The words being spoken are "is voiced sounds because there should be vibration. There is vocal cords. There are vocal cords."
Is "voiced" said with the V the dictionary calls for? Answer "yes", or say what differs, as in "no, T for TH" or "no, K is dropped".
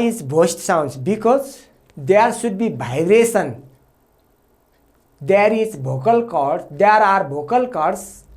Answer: no, B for V